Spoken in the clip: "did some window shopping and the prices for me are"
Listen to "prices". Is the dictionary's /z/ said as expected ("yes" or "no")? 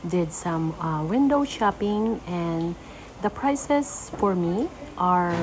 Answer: no